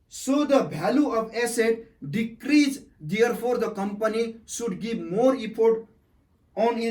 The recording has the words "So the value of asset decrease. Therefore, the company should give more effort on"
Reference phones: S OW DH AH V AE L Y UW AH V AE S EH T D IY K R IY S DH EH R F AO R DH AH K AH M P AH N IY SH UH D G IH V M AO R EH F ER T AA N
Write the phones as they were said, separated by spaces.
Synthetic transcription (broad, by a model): S OW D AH B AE L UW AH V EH S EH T D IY K R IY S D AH R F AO R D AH K AH M P AH N IY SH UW D G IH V M AO R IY P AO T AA N